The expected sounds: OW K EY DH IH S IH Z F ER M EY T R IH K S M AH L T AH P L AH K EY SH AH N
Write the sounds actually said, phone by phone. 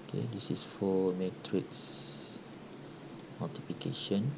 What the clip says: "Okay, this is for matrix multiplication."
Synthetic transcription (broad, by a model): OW K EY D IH S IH S F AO M EY T R IH K S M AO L T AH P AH K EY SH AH N